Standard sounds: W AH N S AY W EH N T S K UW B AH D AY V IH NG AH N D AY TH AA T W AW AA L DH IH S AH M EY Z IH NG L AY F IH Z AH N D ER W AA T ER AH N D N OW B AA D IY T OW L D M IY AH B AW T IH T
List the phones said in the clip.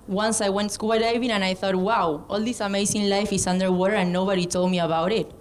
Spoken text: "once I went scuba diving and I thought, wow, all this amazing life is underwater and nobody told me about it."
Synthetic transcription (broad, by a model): W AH N S AY W EH N T S K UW AH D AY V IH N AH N AY TH AA T W AW AA L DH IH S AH M EY S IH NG L AY F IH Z AH N D ER W AA T ER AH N N OW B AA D IY T OW L D M IY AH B AW T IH T